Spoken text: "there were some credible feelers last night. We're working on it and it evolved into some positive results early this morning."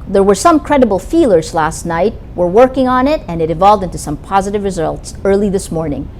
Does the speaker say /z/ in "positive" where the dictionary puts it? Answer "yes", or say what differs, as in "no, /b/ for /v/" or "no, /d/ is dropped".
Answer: yes